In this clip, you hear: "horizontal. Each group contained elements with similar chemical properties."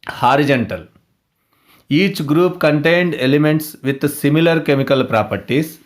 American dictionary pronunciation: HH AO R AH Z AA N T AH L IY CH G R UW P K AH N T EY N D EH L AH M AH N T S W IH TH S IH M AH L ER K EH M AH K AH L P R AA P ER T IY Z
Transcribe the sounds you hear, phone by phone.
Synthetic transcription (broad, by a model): HH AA R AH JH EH N T AH L IY CH G R UW P K AH N T EY N D EH L AH M AH N T S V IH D S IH M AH L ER K EH M AH K AH L P R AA P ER T IY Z